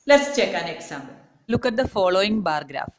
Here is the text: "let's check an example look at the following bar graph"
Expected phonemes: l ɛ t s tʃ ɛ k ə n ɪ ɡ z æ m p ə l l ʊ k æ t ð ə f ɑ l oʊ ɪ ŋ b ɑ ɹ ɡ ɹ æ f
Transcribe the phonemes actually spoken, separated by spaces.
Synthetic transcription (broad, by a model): l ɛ t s tʃ ɛ k ə n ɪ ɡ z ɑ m b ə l l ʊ k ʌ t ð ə f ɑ l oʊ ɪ ŋ b ɑ ɹ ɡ ɹ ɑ f